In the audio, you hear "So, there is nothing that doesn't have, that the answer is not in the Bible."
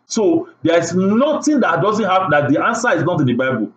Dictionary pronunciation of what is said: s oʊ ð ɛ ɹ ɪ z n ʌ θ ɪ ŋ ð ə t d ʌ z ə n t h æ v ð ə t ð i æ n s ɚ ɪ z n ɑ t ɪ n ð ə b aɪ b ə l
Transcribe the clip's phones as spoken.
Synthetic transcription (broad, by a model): s oʊ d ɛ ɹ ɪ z n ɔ t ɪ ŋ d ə t d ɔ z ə n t h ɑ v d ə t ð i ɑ n s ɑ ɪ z n ɑ t ɪ n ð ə b aɪ b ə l